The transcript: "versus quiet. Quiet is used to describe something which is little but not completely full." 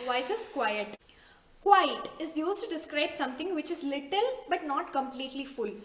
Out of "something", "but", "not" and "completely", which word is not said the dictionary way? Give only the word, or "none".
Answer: something